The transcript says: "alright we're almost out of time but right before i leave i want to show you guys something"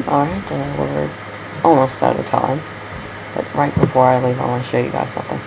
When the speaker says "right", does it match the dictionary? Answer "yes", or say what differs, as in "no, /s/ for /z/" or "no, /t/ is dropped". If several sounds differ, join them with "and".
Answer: yes